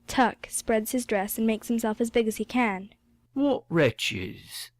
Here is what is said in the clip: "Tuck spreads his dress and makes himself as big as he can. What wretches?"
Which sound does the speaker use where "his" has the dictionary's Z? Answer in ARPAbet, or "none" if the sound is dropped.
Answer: Z